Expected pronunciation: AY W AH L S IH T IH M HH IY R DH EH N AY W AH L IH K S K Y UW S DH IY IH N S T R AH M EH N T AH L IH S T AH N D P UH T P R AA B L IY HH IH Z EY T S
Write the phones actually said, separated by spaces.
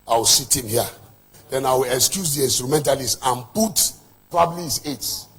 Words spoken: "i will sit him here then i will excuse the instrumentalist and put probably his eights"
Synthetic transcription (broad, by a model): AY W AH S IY T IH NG HH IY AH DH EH N AY W AH L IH K S K Y UW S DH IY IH N S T R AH M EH N T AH L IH S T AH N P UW T P R AA B L IY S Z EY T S